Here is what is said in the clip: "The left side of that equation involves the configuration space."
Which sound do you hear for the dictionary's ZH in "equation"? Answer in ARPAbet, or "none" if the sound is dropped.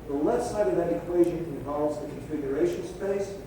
ZH